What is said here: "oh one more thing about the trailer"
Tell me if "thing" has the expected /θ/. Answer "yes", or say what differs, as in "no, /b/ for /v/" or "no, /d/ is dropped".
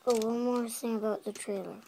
no, /s/ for /θ/